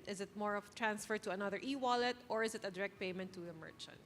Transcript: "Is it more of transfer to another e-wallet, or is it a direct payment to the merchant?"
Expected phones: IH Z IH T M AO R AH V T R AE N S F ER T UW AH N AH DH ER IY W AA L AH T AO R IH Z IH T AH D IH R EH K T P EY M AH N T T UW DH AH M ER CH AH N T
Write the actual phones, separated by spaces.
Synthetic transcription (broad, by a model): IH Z IH T M AO R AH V T R AE N S F ER T UW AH N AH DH ER IY W AA L AH T AO R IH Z IH T AH D IH R EH K T P EY M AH N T T UW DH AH M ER CH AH N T